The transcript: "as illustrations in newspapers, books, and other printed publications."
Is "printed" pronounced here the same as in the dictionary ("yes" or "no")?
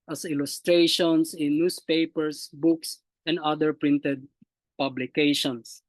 yes